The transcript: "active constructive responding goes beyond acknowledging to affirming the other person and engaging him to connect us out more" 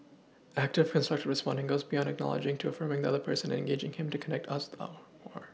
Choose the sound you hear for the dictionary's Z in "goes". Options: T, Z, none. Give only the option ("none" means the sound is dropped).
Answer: Z